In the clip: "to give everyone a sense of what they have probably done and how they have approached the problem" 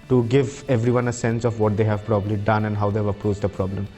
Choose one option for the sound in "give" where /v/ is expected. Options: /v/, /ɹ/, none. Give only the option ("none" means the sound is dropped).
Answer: /v/